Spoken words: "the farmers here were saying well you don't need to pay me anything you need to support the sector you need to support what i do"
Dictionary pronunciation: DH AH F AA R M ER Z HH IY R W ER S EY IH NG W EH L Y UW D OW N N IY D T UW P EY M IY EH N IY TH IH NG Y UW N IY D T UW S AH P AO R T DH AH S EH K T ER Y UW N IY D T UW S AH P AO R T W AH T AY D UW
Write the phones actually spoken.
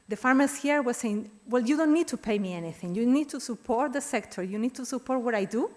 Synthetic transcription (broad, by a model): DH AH F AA R M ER S HH IY R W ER S EY IH NG W EH L Y UW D OW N N IY D T UW P EY M IY EH N IY TH IH NG Y UW N IY D T UW S AH P AO R T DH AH S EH K T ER Y UW N IY D T UW S AH P AO R T W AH T AY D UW